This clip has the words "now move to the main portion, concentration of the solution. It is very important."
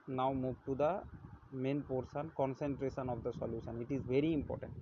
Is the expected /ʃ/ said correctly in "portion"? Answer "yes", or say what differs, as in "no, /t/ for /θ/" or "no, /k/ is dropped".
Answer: no, /s/ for /ʃ/